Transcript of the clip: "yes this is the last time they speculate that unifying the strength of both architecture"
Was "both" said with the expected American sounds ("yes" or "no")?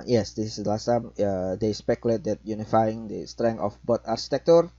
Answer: no